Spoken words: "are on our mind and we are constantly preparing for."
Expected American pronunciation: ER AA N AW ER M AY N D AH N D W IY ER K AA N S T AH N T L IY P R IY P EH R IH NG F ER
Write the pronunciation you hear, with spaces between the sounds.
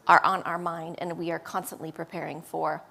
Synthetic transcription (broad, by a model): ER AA N AW ER M AY N D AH N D W IY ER K AA N S T AH N T L IY P R IY P EH R IH NG F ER